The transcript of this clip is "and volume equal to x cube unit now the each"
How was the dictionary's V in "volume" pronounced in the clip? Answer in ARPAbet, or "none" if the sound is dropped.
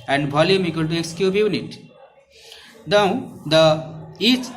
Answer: B